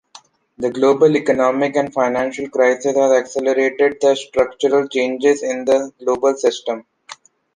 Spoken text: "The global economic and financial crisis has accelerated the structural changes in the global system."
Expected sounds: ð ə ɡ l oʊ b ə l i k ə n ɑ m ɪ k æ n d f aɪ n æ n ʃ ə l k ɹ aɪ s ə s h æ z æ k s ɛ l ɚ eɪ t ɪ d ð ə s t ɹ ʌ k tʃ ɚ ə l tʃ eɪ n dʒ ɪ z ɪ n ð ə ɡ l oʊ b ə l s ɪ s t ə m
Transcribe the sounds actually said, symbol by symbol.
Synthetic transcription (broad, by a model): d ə ɡ l oʊ b ə l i k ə n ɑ m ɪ k æ n d f aɪ n æ n ʃ ə l k ɹ aɪ s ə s h æ z æ k s ɛ l ɚ eɪ t ɪ d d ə s t ɹ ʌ k tʃ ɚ ə l tʃ eɪ n dʒ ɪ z ɪ n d ə ɡ l oʊ b ə l s ɪ s t ə m